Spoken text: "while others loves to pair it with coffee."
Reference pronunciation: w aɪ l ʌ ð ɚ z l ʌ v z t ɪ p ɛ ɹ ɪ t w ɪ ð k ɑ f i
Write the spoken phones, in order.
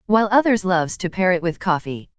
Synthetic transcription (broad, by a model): w aɪ l ʌ ð ɚ z l ʌ v z t ɪ p ɛ ɹ ɪ t w ɪ ð k ɑ f i